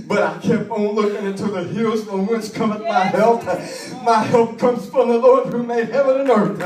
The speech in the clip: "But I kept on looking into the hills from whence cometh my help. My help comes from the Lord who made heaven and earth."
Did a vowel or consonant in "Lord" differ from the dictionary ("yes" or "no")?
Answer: no